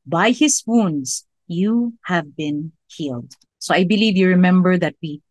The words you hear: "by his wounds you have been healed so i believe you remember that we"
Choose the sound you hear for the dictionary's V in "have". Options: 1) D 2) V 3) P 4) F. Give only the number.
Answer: 2